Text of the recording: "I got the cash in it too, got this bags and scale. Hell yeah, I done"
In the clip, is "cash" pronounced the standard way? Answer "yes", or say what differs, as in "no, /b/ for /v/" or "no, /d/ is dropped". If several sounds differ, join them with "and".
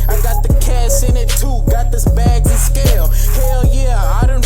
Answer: no, /s/ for /ʃ/